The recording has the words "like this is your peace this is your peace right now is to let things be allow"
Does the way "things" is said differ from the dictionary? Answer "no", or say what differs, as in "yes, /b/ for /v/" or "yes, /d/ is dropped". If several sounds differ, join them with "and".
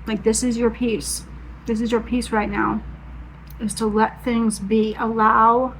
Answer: no